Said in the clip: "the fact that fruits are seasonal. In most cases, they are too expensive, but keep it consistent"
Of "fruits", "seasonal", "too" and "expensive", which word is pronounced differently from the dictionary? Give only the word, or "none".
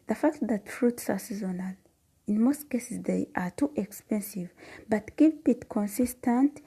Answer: none